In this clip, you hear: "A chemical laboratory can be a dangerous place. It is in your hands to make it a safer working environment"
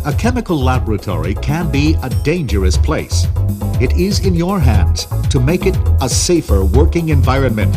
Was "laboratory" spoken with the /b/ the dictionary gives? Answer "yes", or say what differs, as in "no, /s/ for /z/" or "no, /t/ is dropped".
yes